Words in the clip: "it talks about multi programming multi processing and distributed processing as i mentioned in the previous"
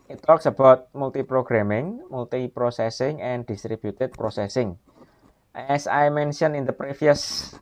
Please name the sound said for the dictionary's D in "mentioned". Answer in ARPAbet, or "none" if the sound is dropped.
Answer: none